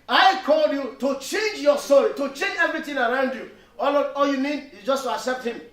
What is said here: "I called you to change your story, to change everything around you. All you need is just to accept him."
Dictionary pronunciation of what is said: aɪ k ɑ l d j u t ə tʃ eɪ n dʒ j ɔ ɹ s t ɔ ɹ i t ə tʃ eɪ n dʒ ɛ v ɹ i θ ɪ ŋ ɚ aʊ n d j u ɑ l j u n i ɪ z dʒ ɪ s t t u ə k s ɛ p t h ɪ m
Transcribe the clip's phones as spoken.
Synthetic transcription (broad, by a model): aɪ k ɑ l d j u t ə tʃ eɪ n dʒ j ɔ s t ɔ ɹ i t ə tʃ eɪ n dʒ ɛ v ɹ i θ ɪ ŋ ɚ aʊ n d j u ɑ l j u n i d dʒ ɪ s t t u ə k s ɛ p t h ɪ m